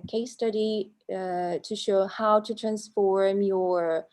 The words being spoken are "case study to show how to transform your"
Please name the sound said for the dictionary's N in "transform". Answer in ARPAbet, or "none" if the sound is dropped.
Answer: N